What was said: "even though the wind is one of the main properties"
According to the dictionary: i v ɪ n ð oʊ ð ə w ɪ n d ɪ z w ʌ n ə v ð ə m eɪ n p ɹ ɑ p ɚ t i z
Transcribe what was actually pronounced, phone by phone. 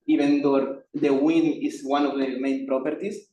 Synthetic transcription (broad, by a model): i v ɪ n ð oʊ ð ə w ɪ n ɪ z w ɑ n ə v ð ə m eɪ n p ɹ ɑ p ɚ t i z